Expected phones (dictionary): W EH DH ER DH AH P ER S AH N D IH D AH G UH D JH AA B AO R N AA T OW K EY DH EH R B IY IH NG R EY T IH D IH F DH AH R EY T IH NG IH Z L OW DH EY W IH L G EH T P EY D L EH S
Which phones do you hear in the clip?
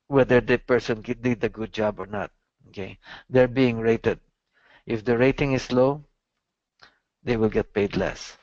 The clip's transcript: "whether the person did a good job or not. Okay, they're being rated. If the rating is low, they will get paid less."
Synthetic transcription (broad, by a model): W EH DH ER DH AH P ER S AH N D IH D AH G UH D JH AA B AO R N AA T OW K EY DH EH R B IY IH NG R EY T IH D IH F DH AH R EY T IH NG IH S L OW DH EY W IH L G EH T P EY D L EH S